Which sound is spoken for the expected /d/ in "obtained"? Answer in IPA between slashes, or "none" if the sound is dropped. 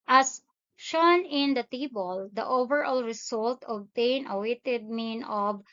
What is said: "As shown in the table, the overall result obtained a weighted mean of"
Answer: none